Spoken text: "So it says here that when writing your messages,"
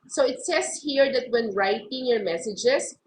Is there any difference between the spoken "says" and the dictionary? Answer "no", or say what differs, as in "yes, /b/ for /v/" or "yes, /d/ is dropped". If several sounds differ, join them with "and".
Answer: yes, /s/ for /z/